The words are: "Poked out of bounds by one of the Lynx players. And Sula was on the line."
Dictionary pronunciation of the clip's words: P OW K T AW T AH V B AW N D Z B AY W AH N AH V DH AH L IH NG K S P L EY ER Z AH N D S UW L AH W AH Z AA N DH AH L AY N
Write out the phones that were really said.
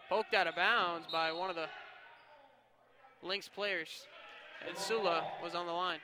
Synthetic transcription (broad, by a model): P OW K T AW T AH B AW N D Z B AY W AH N AH V DH AH L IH NG K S P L EY ER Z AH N S UW L AH W AH Z N DH AH L AY N